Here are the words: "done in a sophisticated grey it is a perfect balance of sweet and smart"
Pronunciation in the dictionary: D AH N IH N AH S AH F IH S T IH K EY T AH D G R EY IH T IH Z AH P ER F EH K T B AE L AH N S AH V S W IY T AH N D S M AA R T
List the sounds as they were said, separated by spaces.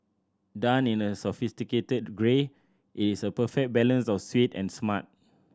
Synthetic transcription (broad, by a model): D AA N IH N AH S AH F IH S T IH K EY T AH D G R EY IH T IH S AH P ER F EH K B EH L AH N S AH F S W IY T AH N S M AA T